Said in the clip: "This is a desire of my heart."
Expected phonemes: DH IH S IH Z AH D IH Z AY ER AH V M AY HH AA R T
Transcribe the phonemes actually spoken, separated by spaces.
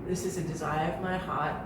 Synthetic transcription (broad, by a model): DH IH S IH Z AH D IH Z AY ER AH V M AY HH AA R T